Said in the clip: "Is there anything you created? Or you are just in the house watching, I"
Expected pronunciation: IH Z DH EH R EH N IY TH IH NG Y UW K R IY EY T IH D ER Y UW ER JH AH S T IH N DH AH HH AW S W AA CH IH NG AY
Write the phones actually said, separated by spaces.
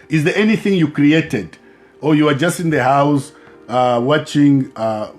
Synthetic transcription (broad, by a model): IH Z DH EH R EH N IY TH IH NG Y UW K R IY EY T IH D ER Y UW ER JH AH S T IH N DH AH HH AW S W AA CH IH NG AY